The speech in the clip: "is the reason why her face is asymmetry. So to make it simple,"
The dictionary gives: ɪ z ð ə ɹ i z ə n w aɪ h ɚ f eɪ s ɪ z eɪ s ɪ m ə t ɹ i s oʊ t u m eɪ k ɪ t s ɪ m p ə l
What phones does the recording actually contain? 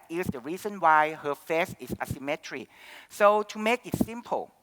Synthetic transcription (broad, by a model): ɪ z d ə ɹ i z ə n w aɪ h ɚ f eɪ s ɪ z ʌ s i m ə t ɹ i s oʊ t u m eɪ k ɪ t s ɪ m p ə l